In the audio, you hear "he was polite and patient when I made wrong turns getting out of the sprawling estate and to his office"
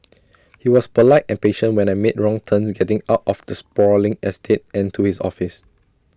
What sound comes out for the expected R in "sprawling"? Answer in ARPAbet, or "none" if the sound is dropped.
none